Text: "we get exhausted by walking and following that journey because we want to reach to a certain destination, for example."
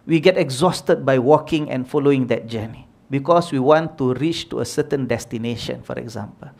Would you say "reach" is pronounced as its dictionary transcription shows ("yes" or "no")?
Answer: yes